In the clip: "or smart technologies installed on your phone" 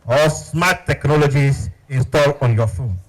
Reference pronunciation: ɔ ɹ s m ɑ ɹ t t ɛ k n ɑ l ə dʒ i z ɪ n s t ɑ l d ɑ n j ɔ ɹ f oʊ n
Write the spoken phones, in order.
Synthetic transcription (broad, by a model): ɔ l s m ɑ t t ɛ k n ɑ l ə dʒ i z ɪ n s t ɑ l ɑ n j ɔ f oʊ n